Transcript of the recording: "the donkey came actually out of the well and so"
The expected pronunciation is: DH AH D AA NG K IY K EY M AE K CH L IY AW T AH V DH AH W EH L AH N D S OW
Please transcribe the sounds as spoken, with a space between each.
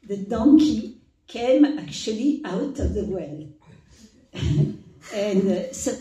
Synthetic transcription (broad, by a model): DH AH D AA NG K IY K EY M AE K CH L IY AW T AH V DH AH W EH L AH N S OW